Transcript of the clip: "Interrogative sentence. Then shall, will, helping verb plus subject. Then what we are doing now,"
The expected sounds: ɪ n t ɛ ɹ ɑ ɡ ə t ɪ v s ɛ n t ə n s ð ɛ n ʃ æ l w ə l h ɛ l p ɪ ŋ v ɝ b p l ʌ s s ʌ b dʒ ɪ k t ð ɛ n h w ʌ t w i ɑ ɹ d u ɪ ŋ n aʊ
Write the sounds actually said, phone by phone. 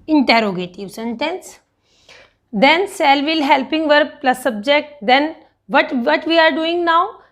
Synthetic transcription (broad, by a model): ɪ n t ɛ ɹ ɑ ɡ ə t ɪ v s ɛ n t ə n s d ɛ n s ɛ l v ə l h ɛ l p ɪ ŋ v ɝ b p l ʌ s s ʌ b dʒ ɪ k t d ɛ n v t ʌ t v i ɑ ɹ d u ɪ ŋ n aʊ